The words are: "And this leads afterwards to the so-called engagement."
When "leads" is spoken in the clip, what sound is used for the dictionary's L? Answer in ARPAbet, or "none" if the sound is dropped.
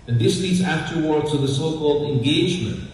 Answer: L